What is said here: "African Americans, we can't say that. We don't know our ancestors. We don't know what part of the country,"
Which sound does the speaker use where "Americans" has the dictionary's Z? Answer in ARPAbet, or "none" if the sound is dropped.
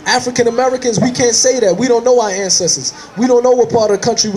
Z